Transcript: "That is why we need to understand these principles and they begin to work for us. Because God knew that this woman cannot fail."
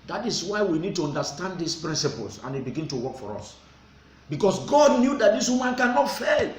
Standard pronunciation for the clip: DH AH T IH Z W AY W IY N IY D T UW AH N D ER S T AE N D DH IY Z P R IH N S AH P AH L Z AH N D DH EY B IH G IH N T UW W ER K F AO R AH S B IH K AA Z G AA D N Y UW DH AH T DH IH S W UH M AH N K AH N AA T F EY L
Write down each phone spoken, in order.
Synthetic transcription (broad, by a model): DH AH T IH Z W AY W IY N IY D T UW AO N D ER S T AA N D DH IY S P R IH N S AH P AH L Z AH N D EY B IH G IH N T UW W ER K F AO R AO S B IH K AA S G AA D N Y UW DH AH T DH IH S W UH M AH N K AH N AA T F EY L